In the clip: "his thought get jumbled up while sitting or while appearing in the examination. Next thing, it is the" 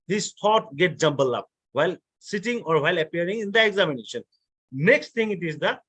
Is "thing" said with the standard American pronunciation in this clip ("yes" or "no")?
no